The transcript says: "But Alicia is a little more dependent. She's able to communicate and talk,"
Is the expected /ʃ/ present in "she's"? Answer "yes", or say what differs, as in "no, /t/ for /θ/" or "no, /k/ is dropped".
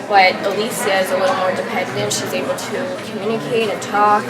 yes